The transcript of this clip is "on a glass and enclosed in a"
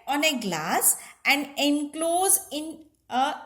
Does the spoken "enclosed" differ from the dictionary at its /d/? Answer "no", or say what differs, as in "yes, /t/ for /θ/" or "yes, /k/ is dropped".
yes, /d/ is dropped